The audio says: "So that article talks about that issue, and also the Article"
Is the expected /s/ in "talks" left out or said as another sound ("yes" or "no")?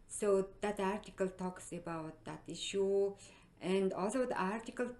no